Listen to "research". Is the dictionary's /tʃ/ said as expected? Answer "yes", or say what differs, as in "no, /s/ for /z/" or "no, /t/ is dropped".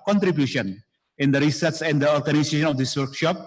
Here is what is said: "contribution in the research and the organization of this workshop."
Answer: no, /s/ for /tʃ/